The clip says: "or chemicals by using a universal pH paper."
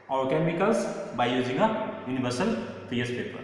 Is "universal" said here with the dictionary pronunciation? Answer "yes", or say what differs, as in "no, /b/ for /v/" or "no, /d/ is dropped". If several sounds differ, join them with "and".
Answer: no, /b/ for /v/